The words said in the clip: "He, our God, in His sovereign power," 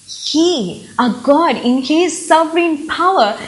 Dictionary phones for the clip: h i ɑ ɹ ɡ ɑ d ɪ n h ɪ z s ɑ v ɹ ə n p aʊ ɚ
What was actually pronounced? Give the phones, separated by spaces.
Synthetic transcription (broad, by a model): h i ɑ ɡ ɑ d ɪ n h ɪ z s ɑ f ɹ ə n p aʊ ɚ